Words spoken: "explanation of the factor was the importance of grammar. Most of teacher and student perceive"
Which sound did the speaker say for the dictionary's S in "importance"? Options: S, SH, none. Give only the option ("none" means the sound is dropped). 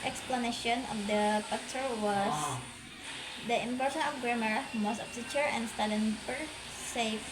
none